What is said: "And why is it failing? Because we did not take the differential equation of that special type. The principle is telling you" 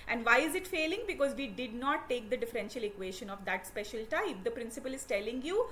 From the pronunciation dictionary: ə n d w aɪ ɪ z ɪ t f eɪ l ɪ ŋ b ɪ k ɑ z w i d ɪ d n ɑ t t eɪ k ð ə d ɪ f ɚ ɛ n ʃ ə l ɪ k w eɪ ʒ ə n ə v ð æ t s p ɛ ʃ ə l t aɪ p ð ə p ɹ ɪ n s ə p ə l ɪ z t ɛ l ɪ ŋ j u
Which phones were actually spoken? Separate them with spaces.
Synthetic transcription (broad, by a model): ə n d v aɪ ɪ z ɪ t f eɪ l ɪ ŋ b ɪ k ɑ z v i d ɪ d n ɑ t t eɪ k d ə d ɪ f ɚ ɛ n ʃ ə l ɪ k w eɪ ʃ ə n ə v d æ t s p ɛ ʃ ə l t aɪ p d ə p ɹ ɪ n s ə p ə l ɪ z t ɛ l ɪ ŋ j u